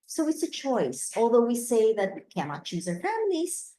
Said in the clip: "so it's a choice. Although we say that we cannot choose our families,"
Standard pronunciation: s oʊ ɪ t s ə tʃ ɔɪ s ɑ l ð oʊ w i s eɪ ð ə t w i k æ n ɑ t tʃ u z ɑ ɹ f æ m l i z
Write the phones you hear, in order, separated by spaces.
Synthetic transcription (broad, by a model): s oʊ ɪ t s ə tʃ ɔɪ s ɑ l ð oʊ w i s eɪ ð ə t w i k æ n ɑ t tʃ u z ɑ ɹ f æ m l i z